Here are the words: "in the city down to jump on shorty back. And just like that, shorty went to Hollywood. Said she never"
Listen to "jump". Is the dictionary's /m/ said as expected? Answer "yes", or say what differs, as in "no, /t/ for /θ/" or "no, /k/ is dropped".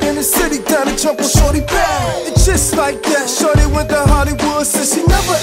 no, /m/ is dropped